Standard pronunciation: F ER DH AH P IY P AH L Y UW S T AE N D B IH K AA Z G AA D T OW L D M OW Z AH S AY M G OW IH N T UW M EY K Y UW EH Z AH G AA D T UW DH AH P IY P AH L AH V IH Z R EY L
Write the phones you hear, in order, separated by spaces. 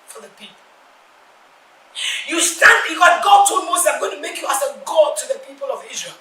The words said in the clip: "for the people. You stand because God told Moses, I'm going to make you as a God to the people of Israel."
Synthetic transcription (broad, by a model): F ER DH AH P IY P AH L Y UW S T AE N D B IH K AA G AA D T OW L D M OW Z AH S AY M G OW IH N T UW M EY K Y UW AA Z AH G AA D T UW DH AH P IY P AH L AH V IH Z R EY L